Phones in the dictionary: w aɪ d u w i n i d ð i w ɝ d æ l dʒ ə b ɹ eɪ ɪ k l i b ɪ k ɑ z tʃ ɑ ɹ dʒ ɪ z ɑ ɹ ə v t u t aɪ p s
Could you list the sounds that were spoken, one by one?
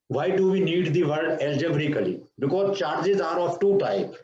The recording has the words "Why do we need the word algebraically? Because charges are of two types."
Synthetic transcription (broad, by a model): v aɪ d u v i n i d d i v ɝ d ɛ l dʒ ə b ɹ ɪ k l i b ɪ k ɑ z tʃ ɑ ɹ dʒ ɪ z ɑ ɹ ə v t u t aɪ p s